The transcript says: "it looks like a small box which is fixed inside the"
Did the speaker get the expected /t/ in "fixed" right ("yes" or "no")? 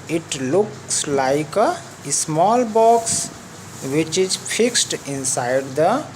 yes